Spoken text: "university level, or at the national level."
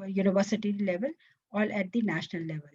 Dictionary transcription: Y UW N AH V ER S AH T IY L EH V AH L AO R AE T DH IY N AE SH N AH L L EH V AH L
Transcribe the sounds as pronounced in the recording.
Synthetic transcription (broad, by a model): Y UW N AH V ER S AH T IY L EH V AH L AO L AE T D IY N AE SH N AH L L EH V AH L